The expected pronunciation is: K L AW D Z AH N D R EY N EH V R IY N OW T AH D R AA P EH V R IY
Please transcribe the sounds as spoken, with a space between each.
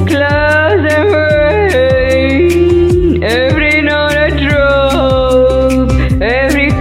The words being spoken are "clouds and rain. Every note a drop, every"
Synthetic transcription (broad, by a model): K L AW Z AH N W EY EH V R IY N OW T AH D R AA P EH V R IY